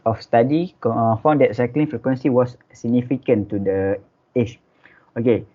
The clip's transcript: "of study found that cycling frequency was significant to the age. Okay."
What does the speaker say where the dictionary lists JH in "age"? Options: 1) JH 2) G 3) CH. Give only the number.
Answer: 3